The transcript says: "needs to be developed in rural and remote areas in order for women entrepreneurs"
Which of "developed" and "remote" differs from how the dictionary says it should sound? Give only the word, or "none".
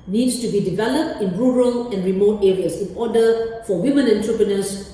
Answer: none